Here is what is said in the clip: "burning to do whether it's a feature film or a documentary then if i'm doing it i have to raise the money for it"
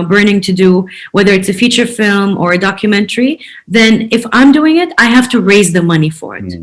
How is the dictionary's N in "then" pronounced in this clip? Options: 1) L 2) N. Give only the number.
2